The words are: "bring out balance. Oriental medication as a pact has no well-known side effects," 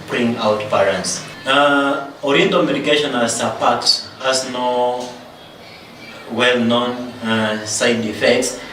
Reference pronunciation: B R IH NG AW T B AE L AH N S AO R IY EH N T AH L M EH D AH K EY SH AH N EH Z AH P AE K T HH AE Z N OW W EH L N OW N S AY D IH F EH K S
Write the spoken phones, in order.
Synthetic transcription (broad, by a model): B R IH NG AW T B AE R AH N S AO R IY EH N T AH M EH D AH K EY SH AH N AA S AH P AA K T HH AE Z N OW W EH L N OW N S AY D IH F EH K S